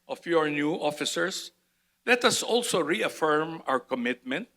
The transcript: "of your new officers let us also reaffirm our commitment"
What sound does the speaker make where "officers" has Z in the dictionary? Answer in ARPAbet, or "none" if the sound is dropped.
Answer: S